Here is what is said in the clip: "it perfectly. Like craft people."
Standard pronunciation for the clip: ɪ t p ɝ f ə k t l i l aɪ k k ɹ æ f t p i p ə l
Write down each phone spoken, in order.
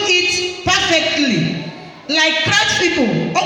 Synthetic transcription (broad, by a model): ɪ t p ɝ f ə k t l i l aɪ k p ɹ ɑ t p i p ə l